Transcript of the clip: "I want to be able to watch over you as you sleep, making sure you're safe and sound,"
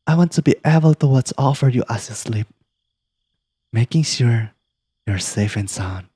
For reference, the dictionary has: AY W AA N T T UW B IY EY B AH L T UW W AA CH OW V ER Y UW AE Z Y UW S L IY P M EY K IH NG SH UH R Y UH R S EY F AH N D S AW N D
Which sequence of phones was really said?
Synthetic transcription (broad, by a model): AY W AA N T T UW B IY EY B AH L T UW W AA S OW F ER Y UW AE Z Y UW S L IY P M EY K IH NG SH UH R Y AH R S EY F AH N S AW N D